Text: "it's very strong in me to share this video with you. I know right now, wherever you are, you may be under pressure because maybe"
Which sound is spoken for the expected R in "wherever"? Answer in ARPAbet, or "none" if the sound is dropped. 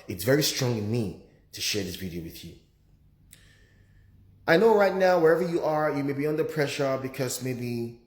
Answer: R